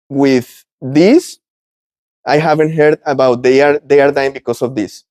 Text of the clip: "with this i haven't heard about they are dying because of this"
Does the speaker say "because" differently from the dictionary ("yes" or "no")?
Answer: yes